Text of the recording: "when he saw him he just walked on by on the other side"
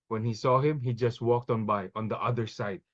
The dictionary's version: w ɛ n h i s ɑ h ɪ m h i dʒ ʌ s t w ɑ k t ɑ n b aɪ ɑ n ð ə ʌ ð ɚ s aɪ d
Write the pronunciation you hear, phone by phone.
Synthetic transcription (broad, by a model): w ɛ n h i s ɑ h ɪ m h i dʒ ʌ s t w ɑ k t ɑ n b aɪ ɑ n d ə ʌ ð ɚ s aɪ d